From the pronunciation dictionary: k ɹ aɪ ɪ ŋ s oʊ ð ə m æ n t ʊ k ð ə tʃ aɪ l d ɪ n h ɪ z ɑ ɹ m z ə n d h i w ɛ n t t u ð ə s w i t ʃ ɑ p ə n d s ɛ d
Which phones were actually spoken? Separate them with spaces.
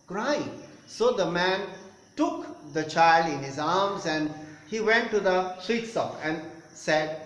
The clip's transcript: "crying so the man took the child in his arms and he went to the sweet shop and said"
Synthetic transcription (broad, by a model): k ɹ aɪ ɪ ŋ s oʊ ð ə m æ n t ʊ k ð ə tʃ aɪ l d ɪ n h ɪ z ɑ ɹ m z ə n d h i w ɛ n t t u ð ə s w i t s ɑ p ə n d s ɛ d